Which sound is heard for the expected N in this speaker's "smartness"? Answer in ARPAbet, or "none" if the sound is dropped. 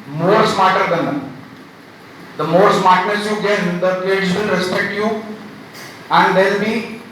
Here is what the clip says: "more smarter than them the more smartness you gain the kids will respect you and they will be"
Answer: none